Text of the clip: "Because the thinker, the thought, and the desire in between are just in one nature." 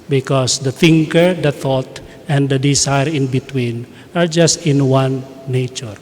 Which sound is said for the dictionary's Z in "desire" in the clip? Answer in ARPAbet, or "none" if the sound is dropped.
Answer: S